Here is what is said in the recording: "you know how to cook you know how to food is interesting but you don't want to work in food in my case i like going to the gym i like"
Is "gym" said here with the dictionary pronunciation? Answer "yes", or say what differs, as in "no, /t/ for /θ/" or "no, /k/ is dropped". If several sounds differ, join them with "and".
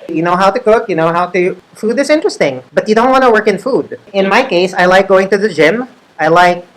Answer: yes